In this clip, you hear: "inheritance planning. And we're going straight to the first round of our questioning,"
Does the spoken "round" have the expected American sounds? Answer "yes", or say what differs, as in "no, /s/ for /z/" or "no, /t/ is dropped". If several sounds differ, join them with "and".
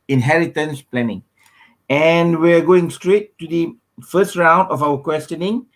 yes